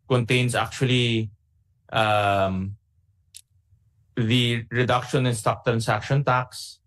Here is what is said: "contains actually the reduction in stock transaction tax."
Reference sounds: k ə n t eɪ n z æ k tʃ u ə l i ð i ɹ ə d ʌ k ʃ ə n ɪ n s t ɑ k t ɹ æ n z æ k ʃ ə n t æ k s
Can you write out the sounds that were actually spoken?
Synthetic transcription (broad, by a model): k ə n t eɪ n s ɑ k tʃ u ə l i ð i ɹ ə d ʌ k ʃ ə n ɪ n s t ɑ k t ɹ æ n s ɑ k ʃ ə n t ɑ k s